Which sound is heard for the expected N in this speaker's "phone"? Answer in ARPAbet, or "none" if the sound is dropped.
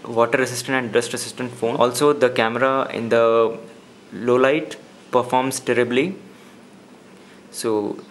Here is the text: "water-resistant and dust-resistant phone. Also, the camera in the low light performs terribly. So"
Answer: none